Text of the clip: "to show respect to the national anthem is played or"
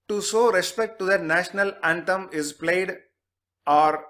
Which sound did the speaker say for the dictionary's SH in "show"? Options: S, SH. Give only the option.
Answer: S